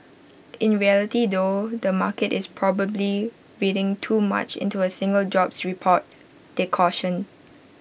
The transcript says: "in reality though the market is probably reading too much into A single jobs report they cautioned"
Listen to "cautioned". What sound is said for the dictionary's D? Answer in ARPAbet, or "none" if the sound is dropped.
none